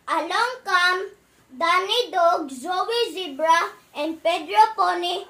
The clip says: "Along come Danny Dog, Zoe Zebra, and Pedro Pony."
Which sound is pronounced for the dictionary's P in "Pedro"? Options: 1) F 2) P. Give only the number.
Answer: 2